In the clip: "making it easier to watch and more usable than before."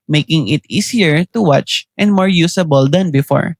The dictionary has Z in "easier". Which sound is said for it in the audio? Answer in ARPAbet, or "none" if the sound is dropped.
S